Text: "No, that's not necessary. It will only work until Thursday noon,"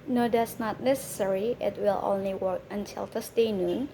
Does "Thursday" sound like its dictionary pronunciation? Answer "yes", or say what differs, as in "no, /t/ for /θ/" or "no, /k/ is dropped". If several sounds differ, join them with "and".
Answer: no, /t/ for /θ/ and /s/ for /z/